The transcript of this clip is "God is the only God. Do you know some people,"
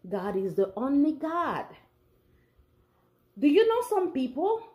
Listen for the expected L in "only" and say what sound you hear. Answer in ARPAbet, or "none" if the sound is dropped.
L